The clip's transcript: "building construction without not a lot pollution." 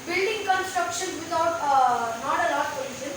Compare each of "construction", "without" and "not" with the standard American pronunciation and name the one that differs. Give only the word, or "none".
without